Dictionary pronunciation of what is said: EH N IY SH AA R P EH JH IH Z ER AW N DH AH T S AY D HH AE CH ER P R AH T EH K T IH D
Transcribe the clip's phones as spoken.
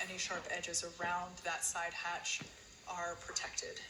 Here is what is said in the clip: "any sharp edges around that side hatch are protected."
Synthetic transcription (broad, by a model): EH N IY SH AA R P EH JH IH Z ER AW N DH AH T S AY D HH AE CH ER P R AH T EH K T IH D